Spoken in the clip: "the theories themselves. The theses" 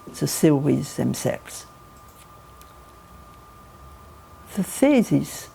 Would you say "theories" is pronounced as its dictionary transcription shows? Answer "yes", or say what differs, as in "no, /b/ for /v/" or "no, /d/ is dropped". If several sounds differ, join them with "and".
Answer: no, /s/ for /θ/ and /w/ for /ɹ/